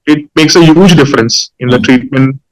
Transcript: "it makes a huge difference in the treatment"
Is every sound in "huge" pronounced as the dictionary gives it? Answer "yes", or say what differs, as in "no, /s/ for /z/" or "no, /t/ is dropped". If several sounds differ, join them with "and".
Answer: yes